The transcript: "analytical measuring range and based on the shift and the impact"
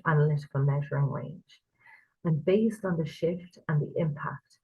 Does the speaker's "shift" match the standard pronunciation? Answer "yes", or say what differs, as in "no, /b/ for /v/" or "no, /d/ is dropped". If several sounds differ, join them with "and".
yes